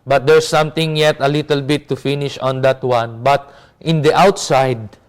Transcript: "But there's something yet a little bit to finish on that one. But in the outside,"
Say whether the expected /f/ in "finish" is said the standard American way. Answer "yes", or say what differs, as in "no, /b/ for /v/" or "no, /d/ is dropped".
yes